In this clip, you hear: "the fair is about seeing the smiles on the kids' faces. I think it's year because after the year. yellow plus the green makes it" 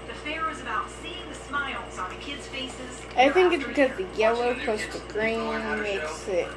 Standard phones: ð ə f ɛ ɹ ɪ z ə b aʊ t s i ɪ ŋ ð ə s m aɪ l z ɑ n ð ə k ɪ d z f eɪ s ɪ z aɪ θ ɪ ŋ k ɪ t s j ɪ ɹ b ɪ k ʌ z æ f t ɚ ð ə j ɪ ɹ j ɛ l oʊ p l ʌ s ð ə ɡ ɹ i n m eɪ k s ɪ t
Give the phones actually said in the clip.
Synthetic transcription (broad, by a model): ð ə f ɛ ɹ ɪ z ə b aʊ t s i ɪ ŋ ð ə s m aɪ l z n ð ə k ɪ d z f eɪ s ɪ z aɪ θ ɪ ŋ k ɪ t s b ɪ k ʌ z ð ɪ j ɛ l oʊ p ʌ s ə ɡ ɹ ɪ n m eɪ k s ɪ t